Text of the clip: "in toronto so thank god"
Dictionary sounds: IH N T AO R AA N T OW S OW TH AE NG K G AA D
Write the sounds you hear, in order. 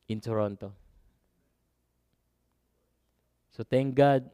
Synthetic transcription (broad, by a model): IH N T AO R AA N T OW S OW T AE NG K G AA D